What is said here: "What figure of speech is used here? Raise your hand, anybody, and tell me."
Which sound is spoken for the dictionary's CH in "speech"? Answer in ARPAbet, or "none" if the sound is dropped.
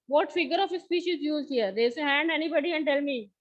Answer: SH